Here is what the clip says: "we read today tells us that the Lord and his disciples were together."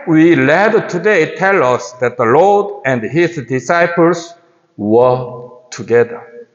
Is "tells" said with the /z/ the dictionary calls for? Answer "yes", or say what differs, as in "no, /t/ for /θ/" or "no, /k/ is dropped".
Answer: no, /z/ is dropped